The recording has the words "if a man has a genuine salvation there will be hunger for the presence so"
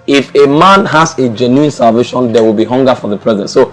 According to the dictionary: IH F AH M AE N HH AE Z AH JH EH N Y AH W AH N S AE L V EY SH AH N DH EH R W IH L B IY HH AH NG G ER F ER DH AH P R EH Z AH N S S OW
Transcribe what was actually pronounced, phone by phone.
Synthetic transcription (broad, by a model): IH F AH M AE N HH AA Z AH JH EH N Y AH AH N S AE L V EY SH AH N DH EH W IH L B IY HH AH NG G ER F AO DH AH P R EH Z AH N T S OW